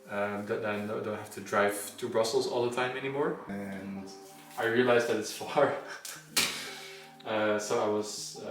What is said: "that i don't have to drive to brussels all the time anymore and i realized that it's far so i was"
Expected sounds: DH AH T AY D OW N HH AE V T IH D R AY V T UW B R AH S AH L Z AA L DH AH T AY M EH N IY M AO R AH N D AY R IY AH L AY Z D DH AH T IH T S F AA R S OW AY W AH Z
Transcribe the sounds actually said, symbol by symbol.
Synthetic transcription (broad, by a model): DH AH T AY D OW N HH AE F T IH D R AY V T UW B R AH S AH L Z AA L DH AH T AY M EH N IY M AO R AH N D AY R IY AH L AY Z DH AH T IH T S F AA R S OW AY W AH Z